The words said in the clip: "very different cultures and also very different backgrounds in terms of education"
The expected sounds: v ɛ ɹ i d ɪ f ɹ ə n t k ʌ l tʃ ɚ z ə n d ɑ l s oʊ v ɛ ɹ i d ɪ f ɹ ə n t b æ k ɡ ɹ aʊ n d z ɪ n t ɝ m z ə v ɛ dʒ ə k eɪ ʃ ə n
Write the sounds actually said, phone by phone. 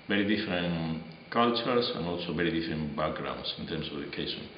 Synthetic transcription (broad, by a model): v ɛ ɹ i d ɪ f ɹ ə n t k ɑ l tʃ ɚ s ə n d ɑ l s oʊ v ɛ ɹ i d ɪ f ɹ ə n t b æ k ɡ ɹ aʊ n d s ɪ n t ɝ m s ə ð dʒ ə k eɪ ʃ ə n